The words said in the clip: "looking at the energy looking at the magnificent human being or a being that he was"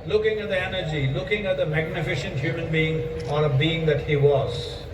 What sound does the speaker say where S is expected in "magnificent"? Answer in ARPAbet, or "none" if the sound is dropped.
SH